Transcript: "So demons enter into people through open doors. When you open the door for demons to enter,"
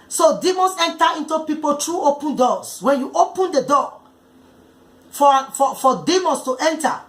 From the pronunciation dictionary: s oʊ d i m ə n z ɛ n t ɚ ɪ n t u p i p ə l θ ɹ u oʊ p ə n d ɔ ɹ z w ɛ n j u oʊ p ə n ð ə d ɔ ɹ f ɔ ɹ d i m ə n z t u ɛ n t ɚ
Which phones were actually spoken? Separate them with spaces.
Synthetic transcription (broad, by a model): s oʊ d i m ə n s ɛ n t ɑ ɪ n t u p i p ə l t ɹ u oʊ p ə n d ɔ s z w ɛ n j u oʊ p ə n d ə d ɔ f f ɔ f d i m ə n s t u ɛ n t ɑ